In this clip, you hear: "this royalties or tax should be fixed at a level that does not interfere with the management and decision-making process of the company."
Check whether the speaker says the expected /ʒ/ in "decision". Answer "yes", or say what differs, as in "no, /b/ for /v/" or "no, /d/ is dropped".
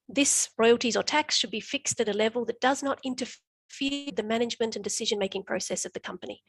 yes